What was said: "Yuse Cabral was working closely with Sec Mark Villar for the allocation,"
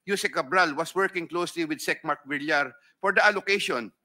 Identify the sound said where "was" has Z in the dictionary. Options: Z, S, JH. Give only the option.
S